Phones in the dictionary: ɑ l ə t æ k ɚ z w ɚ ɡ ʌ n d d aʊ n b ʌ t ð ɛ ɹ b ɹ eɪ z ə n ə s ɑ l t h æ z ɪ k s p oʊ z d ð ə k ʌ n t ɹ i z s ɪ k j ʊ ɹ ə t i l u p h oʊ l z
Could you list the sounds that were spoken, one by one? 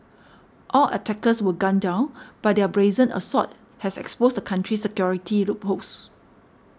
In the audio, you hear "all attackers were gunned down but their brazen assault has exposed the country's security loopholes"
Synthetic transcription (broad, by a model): ɑ l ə t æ k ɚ s w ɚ ɡ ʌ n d d aʊ n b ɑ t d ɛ b ɹ eɪ z ə n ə s ɑ t h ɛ s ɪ k s p oʊ s d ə k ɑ n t ɹ i s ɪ k j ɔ ɹ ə t i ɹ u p h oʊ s